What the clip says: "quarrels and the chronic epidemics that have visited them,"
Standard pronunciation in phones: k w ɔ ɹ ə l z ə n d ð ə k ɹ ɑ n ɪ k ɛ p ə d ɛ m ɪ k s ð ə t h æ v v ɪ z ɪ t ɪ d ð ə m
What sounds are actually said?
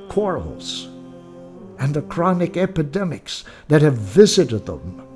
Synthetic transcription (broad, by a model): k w ɔ ɹ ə l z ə n ð ə k ɹ ɑ n ɪ k ɛ p ə d ɛ m ɪ k s ð ə t h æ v v ɪ z ɪ t ɪ d ð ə m